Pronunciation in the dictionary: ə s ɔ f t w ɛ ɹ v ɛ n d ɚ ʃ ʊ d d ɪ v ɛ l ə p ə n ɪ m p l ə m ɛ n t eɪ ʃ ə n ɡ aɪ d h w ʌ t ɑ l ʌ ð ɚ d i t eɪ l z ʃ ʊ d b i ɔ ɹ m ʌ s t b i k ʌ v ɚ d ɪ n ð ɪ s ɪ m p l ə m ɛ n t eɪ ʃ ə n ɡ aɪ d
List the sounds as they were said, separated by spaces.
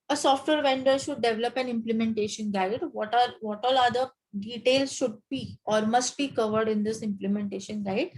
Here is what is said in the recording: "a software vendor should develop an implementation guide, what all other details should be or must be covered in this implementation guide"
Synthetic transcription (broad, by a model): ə s ɔ f t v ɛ ɹ v ɛ n d ɚ ʃ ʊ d d ɪ v ɛ l ə p ə n ɪ m p l ə m ɛ n t eɪ ʃ ə n ɡ aɪ d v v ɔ t ɑ l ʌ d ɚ d i t eɪ l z ʃ ʊ d b i ɔ ɹ m ʌ s t b i k ʌ v ɚ d ɪ n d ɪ s ɪ m p l ə m ɛ n t eɪ ʃ ə n ɡ aɪ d